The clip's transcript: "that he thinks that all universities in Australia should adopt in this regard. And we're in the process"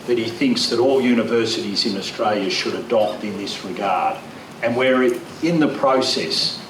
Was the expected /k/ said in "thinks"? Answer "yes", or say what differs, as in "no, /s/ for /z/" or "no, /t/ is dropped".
yes